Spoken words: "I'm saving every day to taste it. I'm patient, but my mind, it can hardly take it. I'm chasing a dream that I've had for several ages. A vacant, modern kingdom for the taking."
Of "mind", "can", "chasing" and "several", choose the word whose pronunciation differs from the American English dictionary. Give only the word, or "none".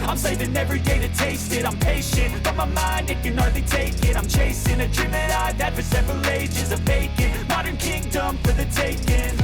none